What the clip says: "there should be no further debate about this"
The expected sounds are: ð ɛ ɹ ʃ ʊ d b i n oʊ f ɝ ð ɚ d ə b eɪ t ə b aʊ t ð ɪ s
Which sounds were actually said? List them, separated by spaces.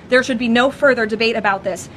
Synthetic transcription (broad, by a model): ð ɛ ɹ ʃ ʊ d b i n oʊ f ɝ ð ɚ d ə b eɪ t ə b aʊ t ð ɪ s